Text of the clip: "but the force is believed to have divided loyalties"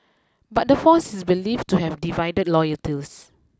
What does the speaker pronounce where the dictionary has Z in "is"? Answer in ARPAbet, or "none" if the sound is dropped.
S